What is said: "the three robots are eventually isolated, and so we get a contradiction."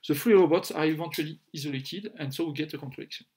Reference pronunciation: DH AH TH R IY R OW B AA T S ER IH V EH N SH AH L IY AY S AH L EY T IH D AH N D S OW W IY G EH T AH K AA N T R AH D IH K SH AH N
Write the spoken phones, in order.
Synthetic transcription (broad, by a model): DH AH F R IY R OW B AA T S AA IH V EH N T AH L IY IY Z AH L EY T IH D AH N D S OW W IY G EH T AH K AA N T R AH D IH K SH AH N